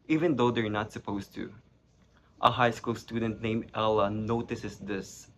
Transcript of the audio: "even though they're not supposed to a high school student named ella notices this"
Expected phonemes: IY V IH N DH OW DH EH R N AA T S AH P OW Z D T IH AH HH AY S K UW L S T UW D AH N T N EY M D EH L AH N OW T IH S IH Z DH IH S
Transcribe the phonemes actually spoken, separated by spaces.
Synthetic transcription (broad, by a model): IY V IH N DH OW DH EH R N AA T S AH P OW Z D T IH AH HH AY S K UW L S T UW D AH N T N EY M EH L AH N OW T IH S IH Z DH IH S